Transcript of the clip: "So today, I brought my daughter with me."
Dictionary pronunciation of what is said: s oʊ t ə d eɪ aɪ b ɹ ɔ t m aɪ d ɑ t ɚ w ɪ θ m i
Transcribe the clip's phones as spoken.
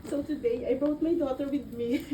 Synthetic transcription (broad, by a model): s oʊ t ə d eɪ aɪ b ɔ t m aɪ d ɑ t ɚ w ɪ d m i